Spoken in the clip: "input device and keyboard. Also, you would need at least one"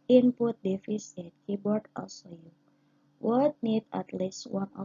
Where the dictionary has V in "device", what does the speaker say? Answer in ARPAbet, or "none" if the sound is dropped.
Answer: F